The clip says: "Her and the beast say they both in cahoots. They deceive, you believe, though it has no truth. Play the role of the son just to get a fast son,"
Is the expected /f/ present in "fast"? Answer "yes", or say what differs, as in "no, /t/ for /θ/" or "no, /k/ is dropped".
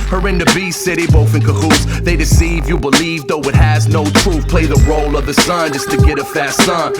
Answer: yes